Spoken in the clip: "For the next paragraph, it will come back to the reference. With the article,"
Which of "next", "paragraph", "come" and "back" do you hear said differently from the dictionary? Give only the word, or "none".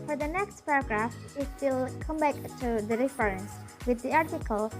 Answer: none